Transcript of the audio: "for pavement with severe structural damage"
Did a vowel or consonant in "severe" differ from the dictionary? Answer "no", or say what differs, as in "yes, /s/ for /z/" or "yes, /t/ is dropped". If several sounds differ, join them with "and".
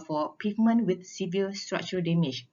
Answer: yes, /l/ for /ɹ/